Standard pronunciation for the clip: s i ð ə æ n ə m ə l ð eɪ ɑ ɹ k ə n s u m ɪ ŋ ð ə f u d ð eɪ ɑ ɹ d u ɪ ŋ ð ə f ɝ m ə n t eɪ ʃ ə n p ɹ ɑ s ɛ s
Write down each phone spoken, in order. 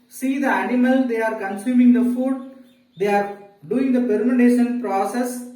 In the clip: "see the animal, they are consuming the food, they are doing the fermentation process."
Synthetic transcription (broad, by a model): s i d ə æ n ə m ə l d eɪ ɑ ɹ k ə n s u m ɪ ŋ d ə f u d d eɪ ɑ ɹ d u ɪ ŋ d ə p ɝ m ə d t eɪ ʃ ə n p ɹ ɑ s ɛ s